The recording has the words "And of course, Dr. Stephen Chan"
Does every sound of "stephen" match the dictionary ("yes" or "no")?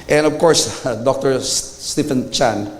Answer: no